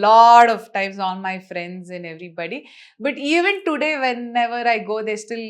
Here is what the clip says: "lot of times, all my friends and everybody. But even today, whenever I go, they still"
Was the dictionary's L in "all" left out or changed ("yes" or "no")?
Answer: yes